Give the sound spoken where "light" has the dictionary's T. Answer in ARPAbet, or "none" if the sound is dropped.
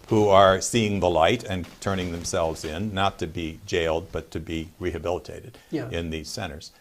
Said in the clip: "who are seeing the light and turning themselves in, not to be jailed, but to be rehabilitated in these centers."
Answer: T